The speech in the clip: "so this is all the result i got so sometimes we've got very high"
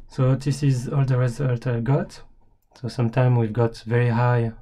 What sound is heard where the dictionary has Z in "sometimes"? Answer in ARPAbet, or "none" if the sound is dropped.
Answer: none